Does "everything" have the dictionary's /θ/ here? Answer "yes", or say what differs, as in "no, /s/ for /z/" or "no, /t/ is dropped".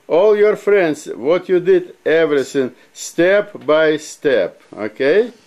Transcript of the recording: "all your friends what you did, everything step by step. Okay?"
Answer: no, /s/ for /θ/